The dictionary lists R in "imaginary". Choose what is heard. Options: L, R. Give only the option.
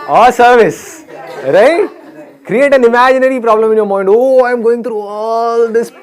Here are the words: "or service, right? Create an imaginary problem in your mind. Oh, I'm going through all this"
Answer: R